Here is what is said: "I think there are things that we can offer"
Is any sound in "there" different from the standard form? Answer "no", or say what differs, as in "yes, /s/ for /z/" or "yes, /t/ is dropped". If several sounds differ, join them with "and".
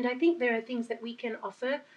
no